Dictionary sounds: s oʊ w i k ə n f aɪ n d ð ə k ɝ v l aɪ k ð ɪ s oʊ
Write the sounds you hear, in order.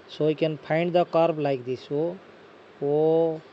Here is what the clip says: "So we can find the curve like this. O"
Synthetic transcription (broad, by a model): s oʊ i k ə n p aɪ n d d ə k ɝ b l aɪ k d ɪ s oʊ